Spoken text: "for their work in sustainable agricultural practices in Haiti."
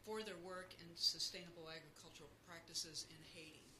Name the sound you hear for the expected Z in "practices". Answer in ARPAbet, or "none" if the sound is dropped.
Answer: Z